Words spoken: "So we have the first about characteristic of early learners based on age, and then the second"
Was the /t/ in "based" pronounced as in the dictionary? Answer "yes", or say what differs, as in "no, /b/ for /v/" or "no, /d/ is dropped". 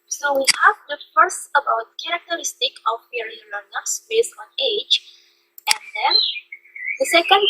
no, /t/ is dropped